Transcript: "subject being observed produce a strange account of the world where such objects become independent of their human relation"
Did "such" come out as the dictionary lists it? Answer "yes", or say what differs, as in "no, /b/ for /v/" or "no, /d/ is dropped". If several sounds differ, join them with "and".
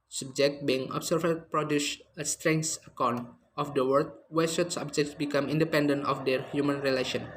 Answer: no, /s/ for /tʃ/